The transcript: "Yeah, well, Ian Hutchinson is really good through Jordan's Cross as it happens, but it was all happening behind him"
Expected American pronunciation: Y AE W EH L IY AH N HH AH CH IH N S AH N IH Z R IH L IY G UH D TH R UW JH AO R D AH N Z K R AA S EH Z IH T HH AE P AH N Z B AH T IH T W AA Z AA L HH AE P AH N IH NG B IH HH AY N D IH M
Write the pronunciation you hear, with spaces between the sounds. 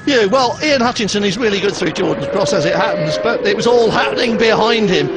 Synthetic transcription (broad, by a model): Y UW W EH L IY AH N HH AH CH IH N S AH N IH Z R IH L IY G UH D TH R UW JH AO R D N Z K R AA S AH Z IH T HH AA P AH N Z B AH T IH T W AA Z AA L HH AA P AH N IH NG B IH HH AY N D IH M